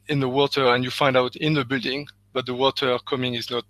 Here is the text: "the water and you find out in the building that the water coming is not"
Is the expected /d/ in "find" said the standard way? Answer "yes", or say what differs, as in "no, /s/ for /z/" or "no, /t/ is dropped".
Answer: yes